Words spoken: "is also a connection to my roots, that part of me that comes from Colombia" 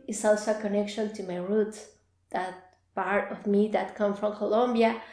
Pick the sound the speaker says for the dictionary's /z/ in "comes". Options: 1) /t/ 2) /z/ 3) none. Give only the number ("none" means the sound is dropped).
3